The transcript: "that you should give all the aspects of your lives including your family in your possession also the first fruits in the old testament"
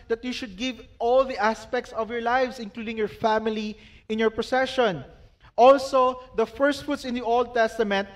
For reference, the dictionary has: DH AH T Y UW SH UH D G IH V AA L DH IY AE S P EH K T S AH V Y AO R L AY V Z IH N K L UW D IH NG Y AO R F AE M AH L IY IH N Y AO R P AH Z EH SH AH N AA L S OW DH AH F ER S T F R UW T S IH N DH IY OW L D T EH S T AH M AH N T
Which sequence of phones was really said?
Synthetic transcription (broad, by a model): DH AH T Y UW SH UH D G IH V AA L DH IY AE S P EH K T S AH V Y AO R L AY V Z IH N K L UW D IH NG Y AO R F AE M AH L IY IH N Y AO R P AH S EH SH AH N AA L S OW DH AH F ER S T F UW T S IH N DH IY OW L D T EH S T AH M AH N T